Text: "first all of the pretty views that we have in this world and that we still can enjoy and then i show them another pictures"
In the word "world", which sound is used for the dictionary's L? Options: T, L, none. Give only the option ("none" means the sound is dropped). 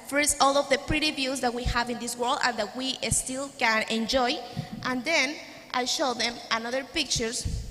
L